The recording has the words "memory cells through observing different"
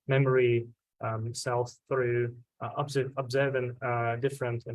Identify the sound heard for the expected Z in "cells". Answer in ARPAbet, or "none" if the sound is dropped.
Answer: none